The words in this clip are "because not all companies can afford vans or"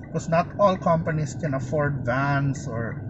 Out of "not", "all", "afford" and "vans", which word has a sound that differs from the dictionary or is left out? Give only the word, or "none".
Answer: vans